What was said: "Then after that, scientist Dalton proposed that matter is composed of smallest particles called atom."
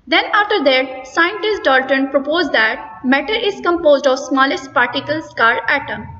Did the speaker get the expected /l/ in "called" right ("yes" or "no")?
no